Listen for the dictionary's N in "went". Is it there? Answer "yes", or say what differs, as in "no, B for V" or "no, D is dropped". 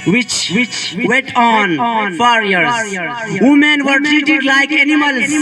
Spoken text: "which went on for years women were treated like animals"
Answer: no, N is dropped